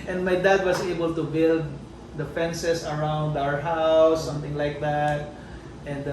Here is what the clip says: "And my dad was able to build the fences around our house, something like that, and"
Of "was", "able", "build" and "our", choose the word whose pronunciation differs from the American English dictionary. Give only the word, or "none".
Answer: was